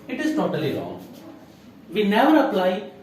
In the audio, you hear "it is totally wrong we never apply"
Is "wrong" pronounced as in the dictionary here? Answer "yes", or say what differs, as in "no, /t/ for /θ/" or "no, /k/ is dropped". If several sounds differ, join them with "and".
no, /l/ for /ɹ/